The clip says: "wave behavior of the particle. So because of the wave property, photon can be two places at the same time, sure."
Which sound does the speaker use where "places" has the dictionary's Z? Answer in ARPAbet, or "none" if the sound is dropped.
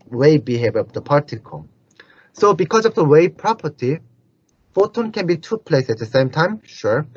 S